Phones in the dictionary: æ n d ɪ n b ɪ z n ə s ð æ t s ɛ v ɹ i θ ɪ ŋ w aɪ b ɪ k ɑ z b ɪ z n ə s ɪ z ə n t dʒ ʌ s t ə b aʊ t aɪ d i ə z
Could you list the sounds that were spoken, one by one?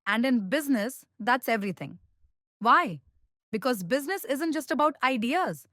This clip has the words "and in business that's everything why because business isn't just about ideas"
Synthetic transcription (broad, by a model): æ n d ɪ n b ɪ z n ə s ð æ t s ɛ v ɹ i t ɪ ŋ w aɪ b ɪ k ɑ z b ɪ z n ə s ɪ z ə n t dʒ ʌ s t ə b aʊ t aɪ d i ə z